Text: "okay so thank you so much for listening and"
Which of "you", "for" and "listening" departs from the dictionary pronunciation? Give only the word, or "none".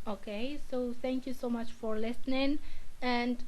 none